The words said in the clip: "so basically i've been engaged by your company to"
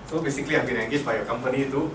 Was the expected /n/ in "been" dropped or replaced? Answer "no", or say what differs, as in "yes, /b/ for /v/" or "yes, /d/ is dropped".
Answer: yes, /l/ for /n/